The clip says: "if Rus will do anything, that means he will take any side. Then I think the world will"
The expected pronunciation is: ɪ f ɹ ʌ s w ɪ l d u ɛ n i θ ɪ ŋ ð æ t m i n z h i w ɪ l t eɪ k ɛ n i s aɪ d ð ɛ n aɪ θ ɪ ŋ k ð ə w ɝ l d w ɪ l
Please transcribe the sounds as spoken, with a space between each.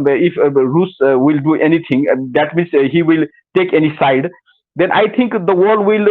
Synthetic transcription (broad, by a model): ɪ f ɹ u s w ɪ l d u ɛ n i t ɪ ŋ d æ t m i n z h i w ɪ l t eɪ k ɛ n i s aɪ d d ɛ n aɪ t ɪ ŋ k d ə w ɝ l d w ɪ l